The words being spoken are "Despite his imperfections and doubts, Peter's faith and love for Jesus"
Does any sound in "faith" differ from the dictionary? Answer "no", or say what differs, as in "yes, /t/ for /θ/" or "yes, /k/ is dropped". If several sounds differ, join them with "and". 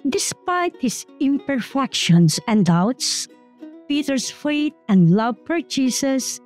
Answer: yes, /t/ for /θ/